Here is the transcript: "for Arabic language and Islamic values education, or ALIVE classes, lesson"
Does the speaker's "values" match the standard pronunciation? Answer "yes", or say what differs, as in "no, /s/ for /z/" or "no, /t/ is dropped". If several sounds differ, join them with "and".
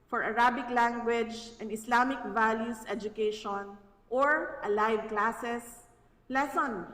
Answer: no, /s/ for /z/